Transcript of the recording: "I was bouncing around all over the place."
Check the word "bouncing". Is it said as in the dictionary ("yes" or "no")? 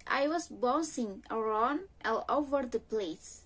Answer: no